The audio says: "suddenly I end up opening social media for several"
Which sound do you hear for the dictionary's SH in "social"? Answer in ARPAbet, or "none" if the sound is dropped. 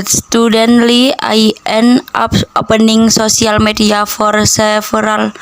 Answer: S